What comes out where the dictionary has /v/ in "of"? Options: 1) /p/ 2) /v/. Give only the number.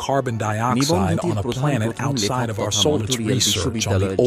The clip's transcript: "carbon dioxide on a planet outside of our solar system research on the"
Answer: 2